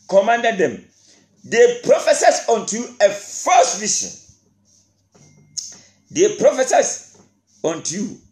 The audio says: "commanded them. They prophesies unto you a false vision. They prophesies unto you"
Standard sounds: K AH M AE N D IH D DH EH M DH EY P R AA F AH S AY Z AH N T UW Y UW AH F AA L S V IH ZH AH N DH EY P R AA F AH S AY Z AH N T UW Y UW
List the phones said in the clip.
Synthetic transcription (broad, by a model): K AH M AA N D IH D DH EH M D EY P R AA F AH S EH S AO N T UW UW AH F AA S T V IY SH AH N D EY P R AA F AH S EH S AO N T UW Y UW